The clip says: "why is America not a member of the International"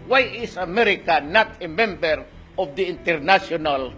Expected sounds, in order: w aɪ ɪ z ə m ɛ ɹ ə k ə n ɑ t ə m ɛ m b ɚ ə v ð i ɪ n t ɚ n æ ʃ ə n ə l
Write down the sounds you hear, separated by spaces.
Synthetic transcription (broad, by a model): w aɪ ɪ s ə m ɛ ɹ ə k ə n ɑ t ə m ɛ m b ɚ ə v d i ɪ n t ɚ n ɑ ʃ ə n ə l